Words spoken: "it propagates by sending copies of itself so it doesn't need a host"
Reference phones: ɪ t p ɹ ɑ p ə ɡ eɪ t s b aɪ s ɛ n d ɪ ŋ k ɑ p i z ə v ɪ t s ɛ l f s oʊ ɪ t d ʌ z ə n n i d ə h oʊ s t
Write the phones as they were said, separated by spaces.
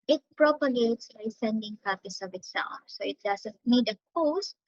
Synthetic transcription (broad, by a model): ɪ t p ɹ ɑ p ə ɡ eɪ t s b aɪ s ɛ n d ɪ ŋ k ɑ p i s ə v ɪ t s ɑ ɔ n s oʊ ɪ t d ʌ s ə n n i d ə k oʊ s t